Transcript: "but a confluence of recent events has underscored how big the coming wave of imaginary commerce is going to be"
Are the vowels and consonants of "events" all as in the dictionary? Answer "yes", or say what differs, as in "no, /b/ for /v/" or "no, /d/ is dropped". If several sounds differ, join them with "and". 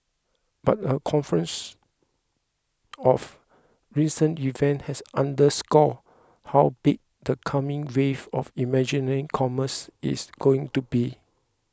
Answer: no, /s/ is dropped